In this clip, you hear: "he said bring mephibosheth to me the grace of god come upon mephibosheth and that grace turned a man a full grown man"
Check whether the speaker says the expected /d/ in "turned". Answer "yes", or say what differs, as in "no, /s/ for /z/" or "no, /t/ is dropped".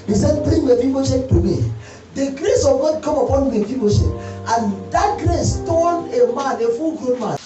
no, /d/ is dropped